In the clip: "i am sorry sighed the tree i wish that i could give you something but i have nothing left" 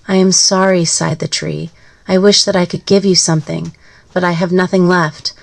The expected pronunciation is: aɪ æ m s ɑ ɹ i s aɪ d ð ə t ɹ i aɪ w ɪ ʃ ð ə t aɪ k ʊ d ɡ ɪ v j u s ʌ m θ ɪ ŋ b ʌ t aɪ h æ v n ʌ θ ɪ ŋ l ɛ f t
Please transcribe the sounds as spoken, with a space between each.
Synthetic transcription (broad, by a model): aɪ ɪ m s ɑ ɹ i s aɪ d ð ə t ɹ i aɪ w ɪ ʃ ð ə t aɪ k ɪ d ɡ ɪ v j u s ʌ m θ ɪ ŋ b ʌ t aɪ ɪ v n ʌ θ ɪ ŋ l ɛ f t